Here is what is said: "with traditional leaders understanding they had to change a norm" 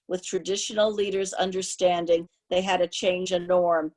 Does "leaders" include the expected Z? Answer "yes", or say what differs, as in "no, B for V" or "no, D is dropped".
yes